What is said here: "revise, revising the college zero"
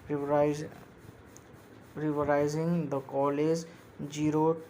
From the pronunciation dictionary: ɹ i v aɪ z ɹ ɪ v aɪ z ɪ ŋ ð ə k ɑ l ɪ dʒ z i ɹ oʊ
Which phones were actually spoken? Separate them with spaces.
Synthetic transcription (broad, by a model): ɹ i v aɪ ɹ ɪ ɪ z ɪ ŋ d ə k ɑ l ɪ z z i ɹ oʊ